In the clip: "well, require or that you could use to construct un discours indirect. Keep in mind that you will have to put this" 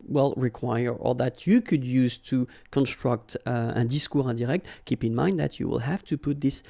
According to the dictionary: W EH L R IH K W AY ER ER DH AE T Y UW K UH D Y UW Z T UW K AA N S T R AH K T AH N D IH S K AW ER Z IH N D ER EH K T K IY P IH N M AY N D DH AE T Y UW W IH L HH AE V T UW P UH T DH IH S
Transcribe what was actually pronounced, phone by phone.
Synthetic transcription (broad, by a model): W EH L R IH K W AY ER ER DH AE T Y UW K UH D Y UW Z T UW K AA N S T R AH K T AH D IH S K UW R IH D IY EH K T K IY P IH N M AY N D DH AE T Y UW W IH L HH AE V T UW P UH T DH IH S